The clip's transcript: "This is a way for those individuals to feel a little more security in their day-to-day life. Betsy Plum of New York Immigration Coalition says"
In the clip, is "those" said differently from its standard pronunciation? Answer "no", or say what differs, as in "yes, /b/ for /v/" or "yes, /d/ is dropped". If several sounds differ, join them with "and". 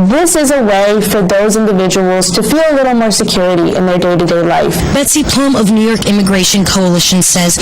no